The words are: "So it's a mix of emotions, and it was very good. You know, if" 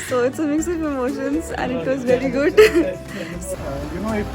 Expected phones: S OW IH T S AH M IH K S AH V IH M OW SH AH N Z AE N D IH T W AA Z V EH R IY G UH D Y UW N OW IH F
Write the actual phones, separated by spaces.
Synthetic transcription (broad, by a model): S OW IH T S AH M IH K S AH P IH M OW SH AH N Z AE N IH T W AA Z V EH R IY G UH D Y UW N OW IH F